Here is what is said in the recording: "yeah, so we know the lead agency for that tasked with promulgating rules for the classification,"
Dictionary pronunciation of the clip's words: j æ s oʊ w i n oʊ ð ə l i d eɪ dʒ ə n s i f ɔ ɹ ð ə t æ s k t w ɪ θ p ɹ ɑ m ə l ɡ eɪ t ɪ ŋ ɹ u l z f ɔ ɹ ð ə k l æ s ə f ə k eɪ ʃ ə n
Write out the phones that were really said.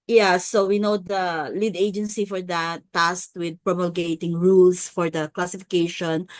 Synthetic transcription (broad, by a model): j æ s oʊ w i n oʊ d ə l i d eɪ dʒ ə n s i f ɔ ɹ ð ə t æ s t w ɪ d p ɹ ɑ m ə l ɡ eɪ t ɪ ŋ ɹ u l s f ɔ ɹ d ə k l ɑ s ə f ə k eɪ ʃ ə n